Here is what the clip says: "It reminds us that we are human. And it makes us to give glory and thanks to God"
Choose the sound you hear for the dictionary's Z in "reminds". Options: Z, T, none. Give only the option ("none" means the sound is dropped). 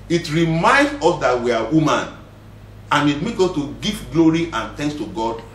none